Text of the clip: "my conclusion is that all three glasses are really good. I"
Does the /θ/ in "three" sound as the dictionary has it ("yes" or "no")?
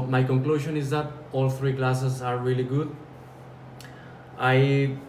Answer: no